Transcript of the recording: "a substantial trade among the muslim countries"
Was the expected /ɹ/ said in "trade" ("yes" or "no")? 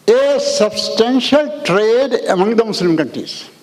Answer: yes